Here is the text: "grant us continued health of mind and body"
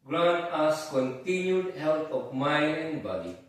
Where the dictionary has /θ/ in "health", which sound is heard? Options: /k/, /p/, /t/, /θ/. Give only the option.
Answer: /t/